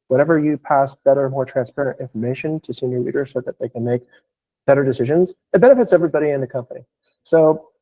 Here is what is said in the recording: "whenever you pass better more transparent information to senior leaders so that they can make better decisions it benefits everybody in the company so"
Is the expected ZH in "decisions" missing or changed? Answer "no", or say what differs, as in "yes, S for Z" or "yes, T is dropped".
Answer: no